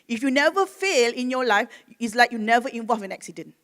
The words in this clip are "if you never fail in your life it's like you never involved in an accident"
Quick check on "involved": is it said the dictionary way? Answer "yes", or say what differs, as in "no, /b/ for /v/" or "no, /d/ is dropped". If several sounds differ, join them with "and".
no, /d/ is dropped